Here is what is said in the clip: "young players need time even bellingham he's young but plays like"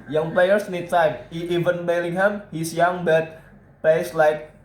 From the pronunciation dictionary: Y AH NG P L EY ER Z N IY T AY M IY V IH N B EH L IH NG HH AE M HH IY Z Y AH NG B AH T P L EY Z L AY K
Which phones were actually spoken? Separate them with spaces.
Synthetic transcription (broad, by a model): Y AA NG P L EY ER S N IY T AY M IY V IH N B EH L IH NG HH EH M HH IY S Y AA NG B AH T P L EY S L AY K